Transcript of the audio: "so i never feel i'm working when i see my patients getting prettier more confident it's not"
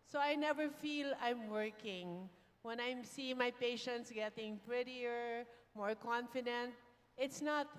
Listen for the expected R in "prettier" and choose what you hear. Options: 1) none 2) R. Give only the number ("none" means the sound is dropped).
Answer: 2